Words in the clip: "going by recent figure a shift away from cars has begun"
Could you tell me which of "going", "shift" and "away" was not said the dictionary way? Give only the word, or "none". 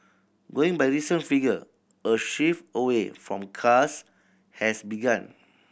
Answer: shift